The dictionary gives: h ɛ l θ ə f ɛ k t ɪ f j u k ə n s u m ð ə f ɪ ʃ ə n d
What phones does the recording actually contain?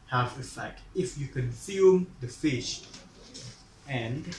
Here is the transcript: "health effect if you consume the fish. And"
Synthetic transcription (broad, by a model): h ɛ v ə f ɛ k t ɪ f j u k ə n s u m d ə f ɪ ʃ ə n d